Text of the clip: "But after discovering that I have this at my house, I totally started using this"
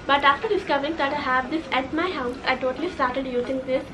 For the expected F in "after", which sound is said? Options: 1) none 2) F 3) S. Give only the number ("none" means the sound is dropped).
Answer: 2